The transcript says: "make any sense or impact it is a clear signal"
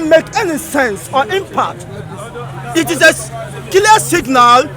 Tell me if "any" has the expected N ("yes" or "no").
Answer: yes